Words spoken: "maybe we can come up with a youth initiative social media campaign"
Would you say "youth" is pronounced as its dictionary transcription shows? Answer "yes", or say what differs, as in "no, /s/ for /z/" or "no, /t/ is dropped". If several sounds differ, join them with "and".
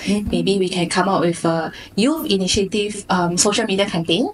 no, /f/ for /θ/